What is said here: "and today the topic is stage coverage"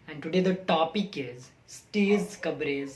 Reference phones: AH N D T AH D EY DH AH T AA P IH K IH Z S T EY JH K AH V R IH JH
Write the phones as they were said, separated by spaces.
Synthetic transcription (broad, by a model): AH N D T AH D EY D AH T AA P IH K IH Z S T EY Z K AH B R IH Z